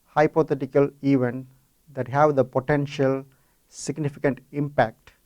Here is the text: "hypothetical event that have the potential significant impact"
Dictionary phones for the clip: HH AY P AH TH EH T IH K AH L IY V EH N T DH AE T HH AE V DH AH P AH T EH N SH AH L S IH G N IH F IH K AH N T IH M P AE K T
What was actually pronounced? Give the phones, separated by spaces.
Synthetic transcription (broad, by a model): HH AY P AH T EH T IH K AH L IY V EH N T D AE T HH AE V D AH P AH T EH N SH AH L S IH G N IH F IH K AH N T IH M P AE K T